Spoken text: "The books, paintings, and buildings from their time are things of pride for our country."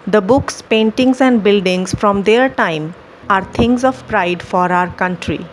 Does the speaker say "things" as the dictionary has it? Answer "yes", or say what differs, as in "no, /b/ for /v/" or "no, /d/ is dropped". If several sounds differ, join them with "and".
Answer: no, /t/ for /θ/